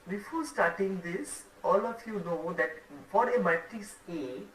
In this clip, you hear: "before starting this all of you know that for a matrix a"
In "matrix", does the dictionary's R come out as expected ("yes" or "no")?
no